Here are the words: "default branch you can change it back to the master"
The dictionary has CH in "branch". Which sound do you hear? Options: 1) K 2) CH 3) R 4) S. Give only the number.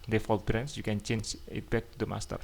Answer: 4